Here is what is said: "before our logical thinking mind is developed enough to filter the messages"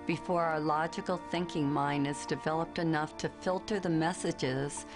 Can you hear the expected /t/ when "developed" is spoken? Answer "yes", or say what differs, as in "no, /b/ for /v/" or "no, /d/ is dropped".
yes